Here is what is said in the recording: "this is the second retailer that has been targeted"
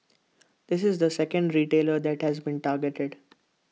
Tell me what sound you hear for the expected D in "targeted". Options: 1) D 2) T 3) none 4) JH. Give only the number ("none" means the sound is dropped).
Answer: 1